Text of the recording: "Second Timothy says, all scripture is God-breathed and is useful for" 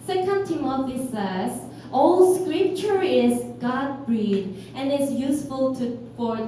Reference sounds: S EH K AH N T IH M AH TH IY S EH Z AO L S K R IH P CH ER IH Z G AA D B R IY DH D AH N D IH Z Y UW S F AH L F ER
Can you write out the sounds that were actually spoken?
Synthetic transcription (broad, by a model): S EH K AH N T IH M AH F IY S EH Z AO L S K R IH P CH ER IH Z G AA D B R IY D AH N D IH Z Y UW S F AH L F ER